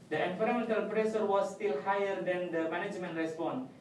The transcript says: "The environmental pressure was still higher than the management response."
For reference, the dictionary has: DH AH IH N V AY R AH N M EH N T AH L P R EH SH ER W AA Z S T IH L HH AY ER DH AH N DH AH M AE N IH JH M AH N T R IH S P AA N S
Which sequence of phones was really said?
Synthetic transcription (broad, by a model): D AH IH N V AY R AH M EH N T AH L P R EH S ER W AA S T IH L HH AY ER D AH N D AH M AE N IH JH M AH N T R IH S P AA N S